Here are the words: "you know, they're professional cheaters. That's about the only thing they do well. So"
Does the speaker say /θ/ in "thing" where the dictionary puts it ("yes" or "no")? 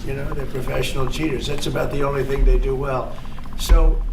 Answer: yes